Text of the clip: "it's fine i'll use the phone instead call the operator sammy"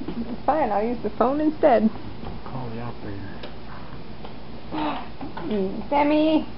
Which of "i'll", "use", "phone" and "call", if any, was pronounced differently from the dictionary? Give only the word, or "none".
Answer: none